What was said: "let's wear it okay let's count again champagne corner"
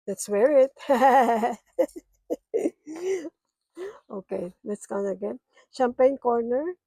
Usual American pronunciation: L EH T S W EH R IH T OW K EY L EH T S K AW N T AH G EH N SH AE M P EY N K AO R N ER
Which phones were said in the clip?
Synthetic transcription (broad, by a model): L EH T S W EH R IH T OW K EY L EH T S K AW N AH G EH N SH AE M P EY N K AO R N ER